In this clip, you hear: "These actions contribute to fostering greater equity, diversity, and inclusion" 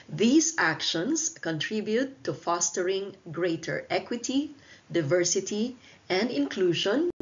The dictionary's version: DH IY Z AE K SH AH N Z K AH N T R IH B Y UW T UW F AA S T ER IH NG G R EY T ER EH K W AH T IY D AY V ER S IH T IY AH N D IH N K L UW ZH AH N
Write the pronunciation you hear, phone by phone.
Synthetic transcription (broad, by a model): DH IY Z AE K SH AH N S K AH N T R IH B Y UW T UW F AA S T ER IH NG G R EY T ER EH K W AH T IY D AY V ER S IH T IY AH N D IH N K L UW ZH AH N